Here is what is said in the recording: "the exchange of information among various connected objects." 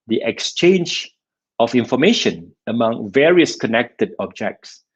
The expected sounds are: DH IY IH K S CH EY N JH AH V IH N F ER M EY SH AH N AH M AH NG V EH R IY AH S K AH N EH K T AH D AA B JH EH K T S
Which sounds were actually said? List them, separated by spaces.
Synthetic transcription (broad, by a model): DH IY IH K S CH EY N JH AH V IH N F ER M EY SH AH N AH M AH NG V EH R IY AH S K AH N EH K T AH D AA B JH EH K T S